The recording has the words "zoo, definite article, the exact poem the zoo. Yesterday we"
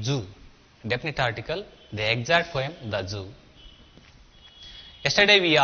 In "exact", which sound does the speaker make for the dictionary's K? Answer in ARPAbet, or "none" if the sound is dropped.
none